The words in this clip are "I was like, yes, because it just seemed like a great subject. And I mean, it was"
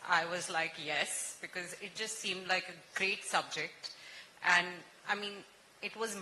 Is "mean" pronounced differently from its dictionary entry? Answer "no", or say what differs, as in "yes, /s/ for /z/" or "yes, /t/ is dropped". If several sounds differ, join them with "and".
no